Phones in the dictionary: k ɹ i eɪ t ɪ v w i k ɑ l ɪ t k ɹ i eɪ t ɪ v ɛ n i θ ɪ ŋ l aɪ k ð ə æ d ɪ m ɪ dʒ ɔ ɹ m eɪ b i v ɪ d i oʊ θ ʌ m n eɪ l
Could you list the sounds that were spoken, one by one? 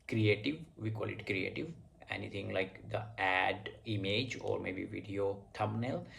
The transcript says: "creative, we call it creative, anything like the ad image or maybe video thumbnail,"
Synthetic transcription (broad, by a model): k ɹ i eɪ t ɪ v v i k ɑ l ɪ t k ɹ i eɪ t ɪ v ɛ n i t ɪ ŋ l aɪ k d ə æ d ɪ m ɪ dʒ ɔ ɹ m eɪ b i v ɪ d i oʊ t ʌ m n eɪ l